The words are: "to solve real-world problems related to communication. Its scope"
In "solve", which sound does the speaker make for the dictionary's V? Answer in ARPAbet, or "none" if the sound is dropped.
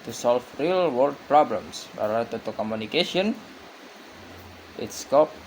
F